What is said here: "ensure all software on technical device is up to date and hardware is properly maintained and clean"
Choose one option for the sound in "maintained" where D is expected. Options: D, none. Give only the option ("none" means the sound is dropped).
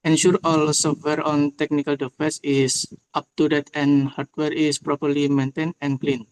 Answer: none